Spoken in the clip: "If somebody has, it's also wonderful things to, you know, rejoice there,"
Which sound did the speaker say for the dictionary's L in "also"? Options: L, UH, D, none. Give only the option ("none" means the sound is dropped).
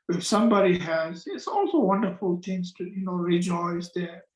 L